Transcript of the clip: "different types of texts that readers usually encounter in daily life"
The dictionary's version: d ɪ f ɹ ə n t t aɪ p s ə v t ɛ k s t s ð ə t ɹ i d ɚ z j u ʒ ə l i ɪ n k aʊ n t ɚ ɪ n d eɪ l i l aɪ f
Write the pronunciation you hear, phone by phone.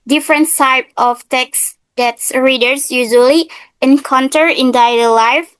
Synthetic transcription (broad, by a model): d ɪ f ɹ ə n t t aɪ p ə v t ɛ k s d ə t ɹ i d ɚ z j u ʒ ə l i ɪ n k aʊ n t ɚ ɪ n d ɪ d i l aɪ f